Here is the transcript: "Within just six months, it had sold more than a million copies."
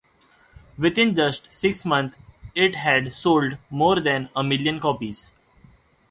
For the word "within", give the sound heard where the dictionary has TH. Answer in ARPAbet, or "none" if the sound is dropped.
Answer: T